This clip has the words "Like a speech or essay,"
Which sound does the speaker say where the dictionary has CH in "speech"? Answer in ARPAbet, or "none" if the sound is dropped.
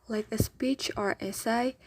CH